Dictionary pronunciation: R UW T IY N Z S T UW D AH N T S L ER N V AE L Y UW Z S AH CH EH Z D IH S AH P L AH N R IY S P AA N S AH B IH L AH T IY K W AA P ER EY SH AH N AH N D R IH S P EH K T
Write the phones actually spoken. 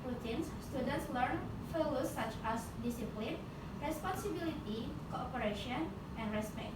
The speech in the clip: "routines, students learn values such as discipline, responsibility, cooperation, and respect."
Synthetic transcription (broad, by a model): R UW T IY N S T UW D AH N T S L ER N F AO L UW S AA CH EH S D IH S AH P L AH N R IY S P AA N S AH B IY L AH T IY K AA P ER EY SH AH N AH N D R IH S P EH K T